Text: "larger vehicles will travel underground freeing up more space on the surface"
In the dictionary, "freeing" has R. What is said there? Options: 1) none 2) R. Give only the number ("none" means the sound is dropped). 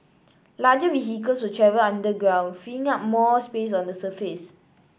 1